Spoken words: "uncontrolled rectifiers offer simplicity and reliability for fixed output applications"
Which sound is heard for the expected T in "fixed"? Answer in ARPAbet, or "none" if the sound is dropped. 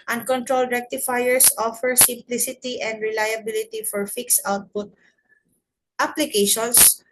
none